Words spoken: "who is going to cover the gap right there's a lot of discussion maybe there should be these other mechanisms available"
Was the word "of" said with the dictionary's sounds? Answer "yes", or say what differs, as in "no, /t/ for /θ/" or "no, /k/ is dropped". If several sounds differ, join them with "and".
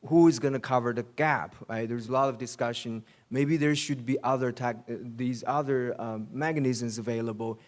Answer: yes